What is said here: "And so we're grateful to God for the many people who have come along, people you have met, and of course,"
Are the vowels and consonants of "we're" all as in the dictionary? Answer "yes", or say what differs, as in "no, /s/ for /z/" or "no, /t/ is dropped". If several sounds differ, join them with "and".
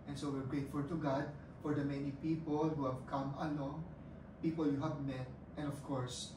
yes